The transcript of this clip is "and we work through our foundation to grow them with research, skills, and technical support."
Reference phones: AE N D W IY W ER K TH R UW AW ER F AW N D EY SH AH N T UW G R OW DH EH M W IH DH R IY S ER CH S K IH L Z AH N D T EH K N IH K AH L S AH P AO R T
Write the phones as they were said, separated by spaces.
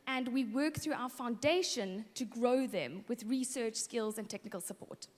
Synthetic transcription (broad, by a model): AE N D W IY W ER K TH R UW AW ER F AW N D EY SH AH N T UW G R OW DH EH M W IH DH R IY S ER CH S K IH L Z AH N T EH K N IH K AH L S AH P AO T